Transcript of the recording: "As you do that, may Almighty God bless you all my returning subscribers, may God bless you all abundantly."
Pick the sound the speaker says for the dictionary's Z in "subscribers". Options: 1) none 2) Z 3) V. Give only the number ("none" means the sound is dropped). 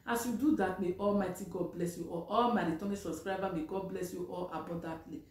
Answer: 1